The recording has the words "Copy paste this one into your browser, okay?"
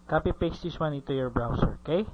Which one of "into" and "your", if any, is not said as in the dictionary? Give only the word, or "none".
into